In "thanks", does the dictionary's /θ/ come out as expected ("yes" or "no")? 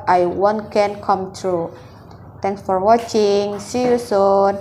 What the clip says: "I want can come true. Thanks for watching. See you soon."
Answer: no